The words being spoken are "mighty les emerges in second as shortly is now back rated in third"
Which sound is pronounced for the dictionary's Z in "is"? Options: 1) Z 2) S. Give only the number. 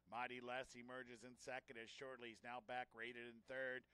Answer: 1